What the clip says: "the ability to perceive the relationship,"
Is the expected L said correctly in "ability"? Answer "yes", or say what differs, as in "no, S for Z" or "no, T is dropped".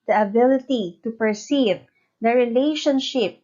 yes